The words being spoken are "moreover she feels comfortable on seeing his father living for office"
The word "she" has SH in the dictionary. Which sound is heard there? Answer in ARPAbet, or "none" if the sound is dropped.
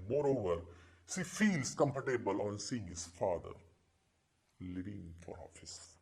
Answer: S